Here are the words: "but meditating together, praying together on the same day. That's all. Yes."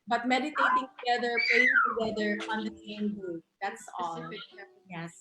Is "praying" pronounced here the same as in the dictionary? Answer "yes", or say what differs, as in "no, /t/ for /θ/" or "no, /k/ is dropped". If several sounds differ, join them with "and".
no, /l/ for /ɹ/